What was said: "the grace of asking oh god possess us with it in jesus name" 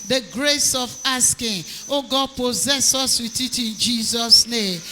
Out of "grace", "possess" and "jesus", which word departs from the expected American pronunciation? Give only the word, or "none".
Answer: none